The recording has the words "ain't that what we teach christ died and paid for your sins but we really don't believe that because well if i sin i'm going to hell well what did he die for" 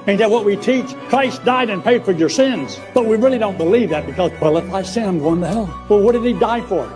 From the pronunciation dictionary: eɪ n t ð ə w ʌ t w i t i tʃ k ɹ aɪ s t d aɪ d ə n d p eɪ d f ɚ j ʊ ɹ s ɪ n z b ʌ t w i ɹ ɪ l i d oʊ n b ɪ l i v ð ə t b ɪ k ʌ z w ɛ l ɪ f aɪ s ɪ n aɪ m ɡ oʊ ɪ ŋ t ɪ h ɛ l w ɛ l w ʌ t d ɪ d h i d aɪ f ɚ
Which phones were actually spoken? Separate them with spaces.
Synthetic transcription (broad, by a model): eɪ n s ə w ʌ t w i t i tʃ k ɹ aɪ s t d aɪ d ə n p eɪ d f ɚ j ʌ ɹ s ɪ n z b ʌ t w i ɹ ɪ l i d oʊ n b ɪ l i v ð ə t b ɪ k ʌ z w ɛ l ɪ f aɪ s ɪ aɪ m ɡ oʊ ɪ ŋ t ɪ h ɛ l w ɛ l w ʌ t d ɪ d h i d aɪ f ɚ